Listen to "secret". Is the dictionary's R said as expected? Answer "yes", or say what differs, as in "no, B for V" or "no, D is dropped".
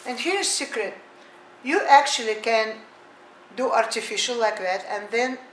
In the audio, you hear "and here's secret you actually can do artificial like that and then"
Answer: yes